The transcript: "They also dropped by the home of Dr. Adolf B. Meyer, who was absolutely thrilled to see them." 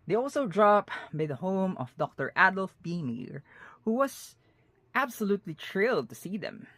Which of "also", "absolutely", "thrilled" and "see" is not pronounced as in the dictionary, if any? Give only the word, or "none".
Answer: thrilled